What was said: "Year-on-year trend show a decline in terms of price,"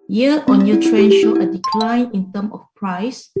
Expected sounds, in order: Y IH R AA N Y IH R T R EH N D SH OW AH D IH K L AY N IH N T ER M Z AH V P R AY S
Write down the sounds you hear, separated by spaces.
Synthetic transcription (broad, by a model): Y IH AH AA N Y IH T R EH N SH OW AH D IH K L AY N IH N T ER M AH F P R AY S